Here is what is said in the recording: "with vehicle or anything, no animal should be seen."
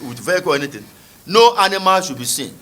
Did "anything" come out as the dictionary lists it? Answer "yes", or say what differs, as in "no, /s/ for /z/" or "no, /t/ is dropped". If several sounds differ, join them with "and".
no, /t/ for /θ/